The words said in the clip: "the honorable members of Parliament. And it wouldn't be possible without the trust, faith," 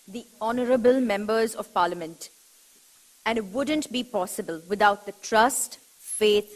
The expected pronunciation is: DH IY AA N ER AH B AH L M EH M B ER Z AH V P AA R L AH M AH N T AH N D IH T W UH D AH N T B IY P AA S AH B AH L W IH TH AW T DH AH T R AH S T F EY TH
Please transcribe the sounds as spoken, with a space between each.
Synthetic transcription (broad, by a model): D IY AA N ER AH B AH L M EH M B ER Z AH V P AA R L AH M AH N T AH N D IH T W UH D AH N T B IY P AA S AH B AH L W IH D AW T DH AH T R AH S T F EY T